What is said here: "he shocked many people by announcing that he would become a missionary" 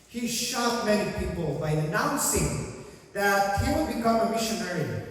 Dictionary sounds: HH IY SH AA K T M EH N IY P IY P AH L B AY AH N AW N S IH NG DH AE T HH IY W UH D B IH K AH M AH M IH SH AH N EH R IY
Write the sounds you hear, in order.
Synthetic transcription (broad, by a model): HH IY SH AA T M EH N IY P IY P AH L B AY AH N AW N S IH NG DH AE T HH IY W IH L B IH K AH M AH M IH SH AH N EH R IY